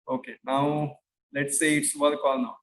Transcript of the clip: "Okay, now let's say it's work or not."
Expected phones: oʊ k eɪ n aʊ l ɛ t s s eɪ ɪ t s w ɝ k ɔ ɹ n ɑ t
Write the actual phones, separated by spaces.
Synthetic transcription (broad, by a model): oʊ k eɪ n aʊ l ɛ t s s eɪ ɪ t s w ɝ k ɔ l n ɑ